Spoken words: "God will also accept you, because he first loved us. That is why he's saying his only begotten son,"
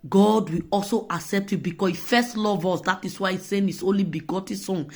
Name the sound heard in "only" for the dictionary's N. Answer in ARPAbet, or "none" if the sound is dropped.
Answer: N